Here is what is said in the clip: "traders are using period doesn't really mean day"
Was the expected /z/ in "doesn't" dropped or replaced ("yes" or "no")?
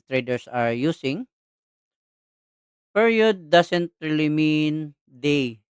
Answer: yes